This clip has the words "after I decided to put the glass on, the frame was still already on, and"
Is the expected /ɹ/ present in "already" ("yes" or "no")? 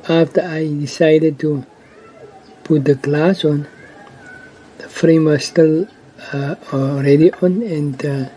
yes